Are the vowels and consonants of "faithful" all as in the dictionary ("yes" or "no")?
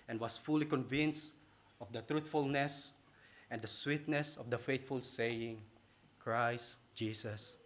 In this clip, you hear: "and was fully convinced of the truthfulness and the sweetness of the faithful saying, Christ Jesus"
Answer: no